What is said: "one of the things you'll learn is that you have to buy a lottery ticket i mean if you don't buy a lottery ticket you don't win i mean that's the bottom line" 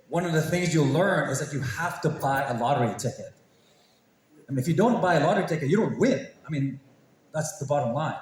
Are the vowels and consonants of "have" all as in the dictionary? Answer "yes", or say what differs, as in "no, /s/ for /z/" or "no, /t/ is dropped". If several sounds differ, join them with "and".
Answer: no, /f/ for /v/